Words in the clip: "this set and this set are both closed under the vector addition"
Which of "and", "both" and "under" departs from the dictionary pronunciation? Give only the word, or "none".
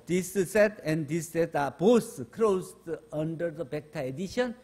both